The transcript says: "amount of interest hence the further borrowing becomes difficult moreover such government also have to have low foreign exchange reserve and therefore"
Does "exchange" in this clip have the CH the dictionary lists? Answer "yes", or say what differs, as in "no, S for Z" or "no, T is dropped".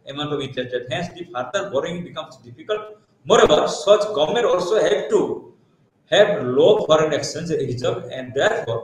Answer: no, CH is dropped